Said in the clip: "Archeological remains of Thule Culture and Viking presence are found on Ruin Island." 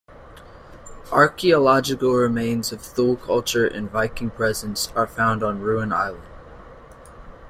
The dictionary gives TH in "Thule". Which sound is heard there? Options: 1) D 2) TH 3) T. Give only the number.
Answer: 2